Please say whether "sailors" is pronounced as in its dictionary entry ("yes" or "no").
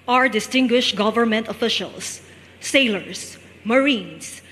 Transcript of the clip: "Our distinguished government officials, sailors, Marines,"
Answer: no